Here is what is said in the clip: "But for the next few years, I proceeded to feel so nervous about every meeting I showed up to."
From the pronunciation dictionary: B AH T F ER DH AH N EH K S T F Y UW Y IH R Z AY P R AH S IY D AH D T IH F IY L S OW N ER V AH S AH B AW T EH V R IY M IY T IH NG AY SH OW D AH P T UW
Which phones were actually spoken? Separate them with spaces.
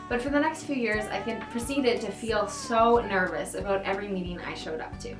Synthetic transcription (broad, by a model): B AH T F ER DH AH N EH K S T F Y UW Y IH R Z AY P R AH S IY D AH D T IH F IY L S OW N ER V AH S AH B AW T EH V R IY M IY T IH NG AY SH OW D AH P T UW